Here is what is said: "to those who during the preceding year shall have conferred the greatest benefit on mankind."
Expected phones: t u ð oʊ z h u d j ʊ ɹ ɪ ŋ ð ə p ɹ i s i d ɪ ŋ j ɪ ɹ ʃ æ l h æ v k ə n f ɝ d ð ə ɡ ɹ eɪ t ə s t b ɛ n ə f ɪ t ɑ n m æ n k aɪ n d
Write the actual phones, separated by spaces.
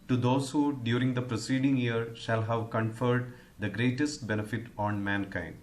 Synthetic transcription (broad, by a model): t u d oʊ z h u d j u ɹ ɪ ŋ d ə p ɹ i s i d ɪ ŋ j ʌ ɹ ʃ æ l h æ v k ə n f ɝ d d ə ɡ ɹ eɪ t ə s t b ɛ n ə f ɪ t ɑ n m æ n k aɪ n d